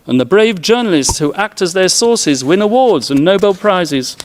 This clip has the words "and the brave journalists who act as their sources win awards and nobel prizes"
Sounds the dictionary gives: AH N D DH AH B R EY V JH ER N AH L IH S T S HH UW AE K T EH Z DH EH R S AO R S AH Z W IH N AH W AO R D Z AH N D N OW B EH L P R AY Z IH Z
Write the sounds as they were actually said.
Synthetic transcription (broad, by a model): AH N DH AH B R EY V JH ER N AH L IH S T S HH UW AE K T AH Z DH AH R S AO R S AH Z W IH N AH W AO R D Z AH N N OW B EH L P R AY Z IH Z